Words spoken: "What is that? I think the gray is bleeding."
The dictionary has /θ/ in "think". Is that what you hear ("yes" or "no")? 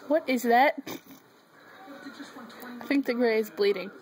yes